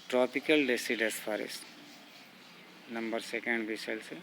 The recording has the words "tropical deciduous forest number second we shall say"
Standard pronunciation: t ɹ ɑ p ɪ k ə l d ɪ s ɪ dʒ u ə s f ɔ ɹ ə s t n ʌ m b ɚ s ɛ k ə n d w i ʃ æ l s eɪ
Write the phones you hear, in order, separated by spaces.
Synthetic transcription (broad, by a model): t ɹ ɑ p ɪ k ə l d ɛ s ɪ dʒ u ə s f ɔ ɹ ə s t n ʌ m b ɚ s ɛ k ə n d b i s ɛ l s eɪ